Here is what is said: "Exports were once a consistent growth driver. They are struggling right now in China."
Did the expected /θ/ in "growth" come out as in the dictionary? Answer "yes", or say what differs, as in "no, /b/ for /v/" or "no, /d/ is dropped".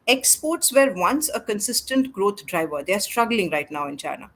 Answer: no, /t/ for /θ/